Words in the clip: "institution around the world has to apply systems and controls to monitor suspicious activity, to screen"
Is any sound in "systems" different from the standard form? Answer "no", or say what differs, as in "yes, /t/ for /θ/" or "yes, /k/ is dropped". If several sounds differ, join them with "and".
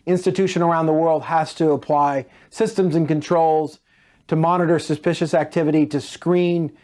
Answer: no